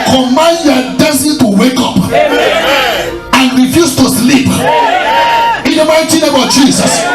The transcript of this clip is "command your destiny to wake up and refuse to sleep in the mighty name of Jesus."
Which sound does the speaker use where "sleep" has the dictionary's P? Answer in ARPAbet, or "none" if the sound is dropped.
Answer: P